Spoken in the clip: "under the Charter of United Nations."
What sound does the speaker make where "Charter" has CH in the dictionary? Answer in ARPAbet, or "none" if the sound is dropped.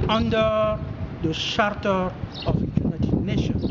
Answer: SH